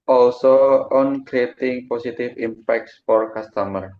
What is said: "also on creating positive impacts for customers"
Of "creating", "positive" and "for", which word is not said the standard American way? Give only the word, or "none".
positive